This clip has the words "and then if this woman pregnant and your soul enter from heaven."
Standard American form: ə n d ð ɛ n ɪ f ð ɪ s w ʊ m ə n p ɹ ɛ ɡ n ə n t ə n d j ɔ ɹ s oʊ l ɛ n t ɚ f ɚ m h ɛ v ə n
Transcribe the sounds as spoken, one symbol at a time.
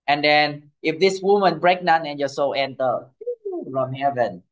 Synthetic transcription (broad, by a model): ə n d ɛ n ɪ f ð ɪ s w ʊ m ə n b ɹ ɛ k n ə n ə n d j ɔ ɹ s oʊ l ɛ n t ɚ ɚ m h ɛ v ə n